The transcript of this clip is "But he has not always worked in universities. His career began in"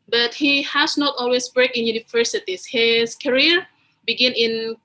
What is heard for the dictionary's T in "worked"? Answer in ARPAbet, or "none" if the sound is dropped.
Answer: none